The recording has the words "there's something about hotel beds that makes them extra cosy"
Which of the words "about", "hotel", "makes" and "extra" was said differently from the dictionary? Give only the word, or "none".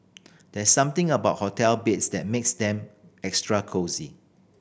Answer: none